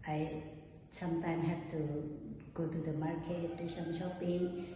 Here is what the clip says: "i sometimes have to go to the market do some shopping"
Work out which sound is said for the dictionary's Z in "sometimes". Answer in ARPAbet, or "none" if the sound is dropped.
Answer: none